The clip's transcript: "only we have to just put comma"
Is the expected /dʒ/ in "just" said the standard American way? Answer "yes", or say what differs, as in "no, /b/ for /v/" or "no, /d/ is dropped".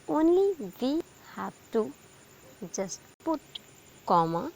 no, /z/ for /dʒ/